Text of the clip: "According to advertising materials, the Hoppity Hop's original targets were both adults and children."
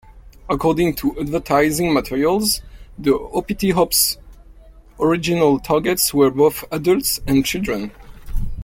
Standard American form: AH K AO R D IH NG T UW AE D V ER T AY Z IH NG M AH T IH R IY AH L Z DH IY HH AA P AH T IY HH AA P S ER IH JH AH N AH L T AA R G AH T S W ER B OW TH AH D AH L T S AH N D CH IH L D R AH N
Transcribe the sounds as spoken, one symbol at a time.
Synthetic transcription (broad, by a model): AH K AO R D IH NG T UW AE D V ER T AY Z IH NG M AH T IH R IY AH L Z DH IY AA P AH T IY HH AA P S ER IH JH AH N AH L T AA R G AH T S W ER B OW TH AH D AH L T S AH N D CH IH L D R AH N